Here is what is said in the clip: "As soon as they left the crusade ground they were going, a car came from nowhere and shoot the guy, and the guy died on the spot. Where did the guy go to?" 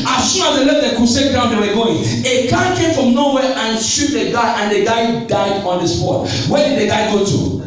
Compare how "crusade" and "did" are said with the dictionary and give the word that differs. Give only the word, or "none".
crusade